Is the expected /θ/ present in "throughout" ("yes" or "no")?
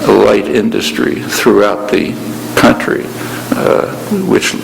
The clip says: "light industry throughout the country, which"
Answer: yes